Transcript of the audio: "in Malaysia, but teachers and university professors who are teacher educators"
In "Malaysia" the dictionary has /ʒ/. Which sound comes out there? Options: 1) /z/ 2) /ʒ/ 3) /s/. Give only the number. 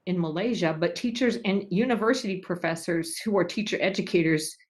2